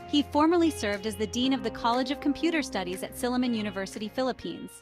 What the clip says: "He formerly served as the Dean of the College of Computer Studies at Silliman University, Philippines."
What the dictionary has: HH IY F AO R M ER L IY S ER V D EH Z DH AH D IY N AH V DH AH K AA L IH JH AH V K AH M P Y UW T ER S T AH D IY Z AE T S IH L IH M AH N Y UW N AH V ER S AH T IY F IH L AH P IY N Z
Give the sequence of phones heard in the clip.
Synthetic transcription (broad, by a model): HH IY F AO R M ER L IY S ER V D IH Z DH AH D IY N AH V DH AH K AA L IH JH AH V K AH M P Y UW T ER S T AH D IY Z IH T S IH L IH M AH N Y UW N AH V ER S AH T IY F IH L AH P IY N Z